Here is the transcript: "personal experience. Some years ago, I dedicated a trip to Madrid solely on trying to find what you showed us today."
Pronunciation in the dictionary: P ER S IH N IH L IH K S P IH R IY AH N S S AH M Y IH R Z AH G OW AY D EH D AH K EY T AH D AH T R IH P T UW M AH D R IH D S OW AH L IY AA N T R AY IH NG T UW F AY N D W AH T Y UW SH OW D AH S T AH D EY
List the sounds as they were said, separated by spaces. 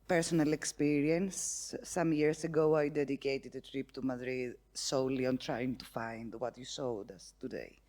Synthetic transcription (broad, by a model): P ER S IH N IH L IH K S P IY R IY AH N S S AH M Y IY R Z AH G OW AY D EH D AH K EY T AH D AH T R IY P T UW M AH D R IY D S OW L IY AA N T R AY IH NG T UW F AY N D W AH T Y UW S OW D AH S T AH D EY